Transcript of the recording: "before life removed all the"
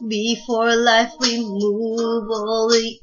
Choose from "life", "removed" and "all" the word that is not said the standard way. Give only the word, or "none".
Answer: removed